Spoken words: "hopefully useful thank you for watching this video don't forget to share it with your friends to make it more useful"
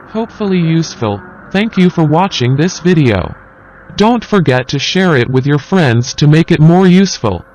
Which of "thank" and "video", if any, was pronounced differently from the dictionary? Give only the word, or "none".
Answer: none